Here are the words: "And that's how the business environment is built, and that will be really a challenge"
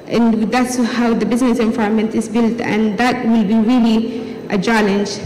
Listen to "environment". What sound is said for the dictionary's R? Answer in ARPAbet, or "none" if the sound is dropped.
none